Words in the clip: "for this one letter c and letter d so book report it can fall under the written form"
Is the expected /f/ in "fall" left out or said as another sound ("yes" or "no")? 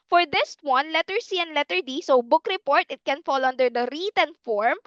no